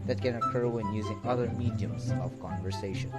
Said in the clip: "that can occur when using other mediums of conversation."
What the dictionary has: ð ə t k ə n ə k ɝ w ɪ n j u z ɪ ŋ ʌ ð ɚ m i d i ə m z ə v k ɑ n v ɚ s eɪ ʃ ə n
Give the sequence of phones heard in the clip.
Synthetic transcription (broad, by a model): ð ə t k ə n ə k ɝ w ɪ n j u z ɪ ŋ ʌ ð ɚ m i d i ə m z ə v k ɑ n v ɚ s eɪ ʃ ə n